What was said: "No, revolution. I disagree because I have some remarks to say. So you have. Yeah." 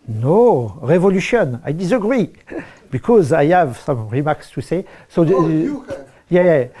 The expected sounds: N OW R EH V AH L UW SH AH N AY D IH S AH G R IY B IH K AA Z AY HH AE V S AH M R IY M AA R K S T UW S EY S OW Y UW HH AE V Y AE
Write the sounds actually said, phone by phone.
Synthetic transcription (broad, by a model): N OW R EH V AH L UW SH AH N AY D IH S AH G R IY B IH K AA Z AY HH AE V S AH M R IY M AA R K S T UW S EY S OW Y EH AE Y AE